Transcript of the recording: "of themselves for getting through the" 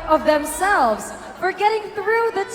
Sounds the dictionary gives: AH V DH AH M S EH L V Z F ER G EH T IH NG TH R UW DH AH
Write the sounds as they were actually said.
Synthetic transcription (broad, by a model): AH V DH AH M S EH L V Z F ER G EH T IH NG TH R UW DH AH